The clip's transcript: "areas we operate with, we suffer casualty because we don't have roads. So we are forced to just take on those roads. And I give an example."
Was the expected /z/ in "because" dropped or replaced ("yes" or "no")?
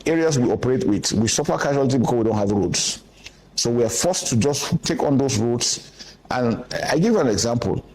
yes